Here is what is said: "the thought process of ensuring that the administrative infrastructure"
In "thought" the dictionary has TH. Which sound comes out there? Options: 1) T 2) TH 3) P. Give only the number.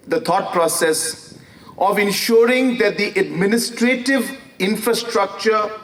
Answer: 1